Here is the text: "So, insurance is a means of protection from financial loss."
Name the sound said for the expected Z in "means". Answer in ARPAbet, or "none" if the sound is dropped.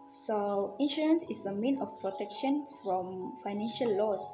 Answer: none